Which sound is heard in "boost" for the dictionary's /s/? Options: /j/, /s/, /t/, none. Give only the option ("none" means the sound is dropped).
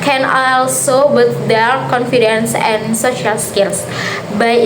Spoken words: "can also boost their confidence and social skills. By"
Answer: none